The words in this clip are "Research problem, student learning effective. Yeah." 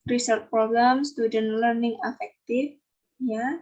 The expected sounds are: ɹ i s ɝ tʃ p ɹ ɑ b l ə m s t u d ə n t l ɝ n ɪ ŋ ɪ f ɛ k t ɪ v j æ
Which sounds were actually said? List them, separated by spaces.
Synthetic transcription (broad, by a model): ɹ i s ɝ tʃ p ɹ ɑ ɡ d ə m s t u d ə n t l ɝ n ɪ ŋ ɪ f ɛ k t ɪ f j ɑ